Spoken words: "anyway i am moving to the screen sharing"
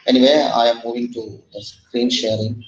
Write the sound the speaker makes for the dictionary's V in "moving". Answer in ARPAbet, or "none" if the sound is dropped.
V